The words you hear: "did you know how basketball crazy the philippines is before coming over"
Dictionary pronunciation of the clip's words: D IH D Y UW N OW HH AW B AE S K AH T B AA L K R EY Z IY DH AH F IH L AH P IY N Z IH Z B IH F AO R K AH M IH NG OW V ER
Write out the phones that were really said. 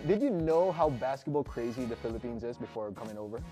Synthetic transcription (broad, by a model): D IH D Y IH N OW HH AW B AE S K AH T B AA L K R EY Z IY DH AH F IH L AH P IY N Z IH Z B IH F AO R K AH M IH NG OW V ER